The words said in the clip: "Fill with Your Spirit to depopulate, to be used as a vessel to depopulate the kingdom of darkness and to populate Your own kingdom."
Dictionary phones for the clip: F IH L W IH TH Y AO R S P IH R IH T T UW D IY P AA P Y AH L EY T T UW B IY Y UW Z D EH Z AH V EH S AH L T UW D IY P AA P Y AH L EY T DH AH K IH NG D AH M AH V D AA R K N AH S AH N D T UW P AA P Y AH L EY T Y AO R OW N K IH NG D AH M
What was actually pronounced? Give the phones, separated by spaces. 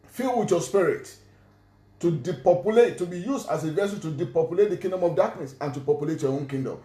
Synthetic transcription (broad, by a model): F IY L W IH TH Y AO S P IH R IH T T UW D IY P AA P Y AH L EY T T UW B IY Y UW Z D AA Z AH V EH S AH N T UW D IY P AA P Y AH L EY T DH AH K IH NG D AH M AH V D AA K N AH S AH N T UW P AA P Y AH L EY T Y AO OW N K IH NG D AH M